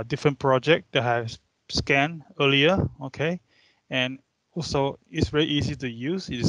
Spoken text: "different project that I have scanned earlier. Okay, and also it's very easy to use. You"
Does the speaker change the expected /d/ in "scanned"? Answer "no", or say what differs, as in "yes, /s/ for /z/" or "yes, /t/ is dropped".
yes, /d/ is dropped